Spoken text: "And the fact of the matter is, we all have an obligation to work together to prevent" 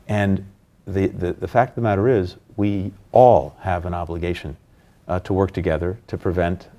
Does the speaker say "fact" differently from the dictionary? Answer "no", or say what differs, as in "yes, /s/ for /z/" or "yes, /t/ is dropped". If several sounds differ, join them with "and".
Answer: no